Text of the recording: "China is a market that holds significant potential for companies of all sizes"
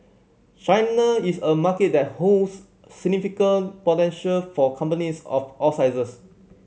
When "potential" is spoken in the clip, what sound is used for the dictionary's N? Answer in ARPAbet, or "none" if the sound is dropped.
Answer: N